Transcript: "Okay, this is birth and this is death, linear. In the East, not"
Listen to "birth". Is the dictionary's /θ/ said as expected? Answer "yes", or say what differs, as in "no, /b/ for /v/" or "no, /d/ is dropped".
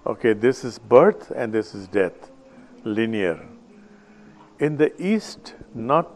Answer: no, /t/ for /θ/